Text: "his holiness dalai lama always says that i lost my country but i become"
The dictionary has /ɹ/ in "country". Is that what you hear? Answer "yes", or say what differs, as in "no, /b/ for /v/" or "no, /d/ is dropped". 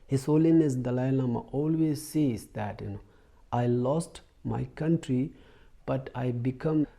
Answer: yes